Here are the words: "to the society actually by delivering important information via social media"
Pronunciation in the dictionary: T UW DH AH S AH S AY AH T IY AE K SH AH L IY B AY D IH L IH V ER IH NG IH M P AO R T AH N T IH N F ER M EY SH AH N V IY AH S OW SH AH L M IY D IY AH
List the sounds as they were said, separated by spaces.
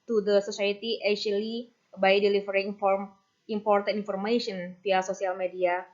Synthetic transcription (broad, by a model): T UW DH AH S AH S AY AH T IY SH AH L IY B AY D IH L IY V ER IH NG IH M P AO R T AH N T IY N F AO M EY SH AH N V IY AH S OW S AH L M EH D IY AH